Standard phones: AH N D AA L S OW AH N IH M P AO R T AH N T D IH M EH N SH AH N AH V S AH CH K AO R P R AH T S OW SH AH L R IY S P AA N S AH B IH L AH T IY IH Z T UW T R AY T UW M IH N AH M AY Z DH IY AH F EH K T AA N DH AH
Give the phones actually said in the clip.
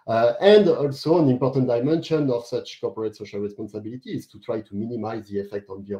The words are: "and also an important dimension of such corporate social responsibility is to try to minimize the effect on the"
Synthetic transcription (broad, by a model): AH N D AA L S OW AH N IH M P AO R T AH N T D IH M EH N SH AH N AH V S AH CH K AO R P R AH T S OW SH AH L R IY S P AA N S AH B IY L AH T IY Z T UW T R AY T UW M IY N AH M AY Z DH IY AH F EH K T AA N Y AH